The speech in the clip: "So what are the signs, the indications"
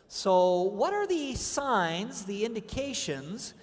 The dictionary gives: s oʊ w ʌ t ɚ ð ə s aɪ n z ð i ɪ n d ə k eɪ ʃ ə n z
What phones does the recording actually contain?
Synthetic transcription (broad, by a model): s oʊ w ʌ t ɚ ð ə s aɪ n z ð i ɪ n d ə k eɪ ʃ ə n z